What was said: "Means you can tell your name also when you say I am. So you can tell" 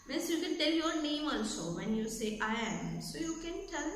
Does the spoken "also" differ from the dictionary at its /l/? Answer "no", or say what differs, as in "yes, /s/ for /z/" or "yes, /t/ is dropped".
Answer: yes, /n/ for /l/